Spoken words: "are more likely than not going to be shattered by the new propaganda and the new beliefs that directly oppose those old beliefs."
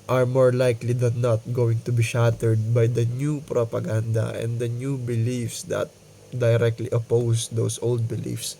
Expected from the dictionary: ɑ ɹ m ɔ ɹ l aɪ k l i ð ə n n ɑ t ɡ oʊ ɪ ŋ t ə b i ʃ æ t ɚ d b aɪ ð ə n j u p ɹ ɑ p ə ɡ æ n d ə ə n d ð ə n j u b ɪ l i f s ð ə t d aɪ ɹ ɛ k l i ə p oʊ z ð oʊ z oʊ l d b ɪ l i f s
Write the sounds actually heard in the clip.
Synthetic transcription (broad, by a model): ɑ ɹ m ɔ ɹ l aɪ k l i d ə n n ɑ t ɡ oʊ ɪ ŋ t ə b i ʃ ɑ t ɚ d b aɪ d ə n j u p ɹ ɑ p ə ɡ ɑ n d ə ə n d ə n j u b ɪ l i f s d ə t d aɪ ɹ ɛ k l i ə p oʊ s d oʊ s oʊ l d b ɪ l i f s